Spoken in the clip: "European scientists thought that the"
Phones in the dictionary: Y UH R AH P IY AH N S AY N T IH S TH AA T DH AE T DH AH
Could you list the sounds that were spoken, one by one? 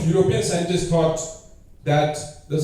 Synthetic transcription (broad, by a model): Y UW R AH P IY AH N S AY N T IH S T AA T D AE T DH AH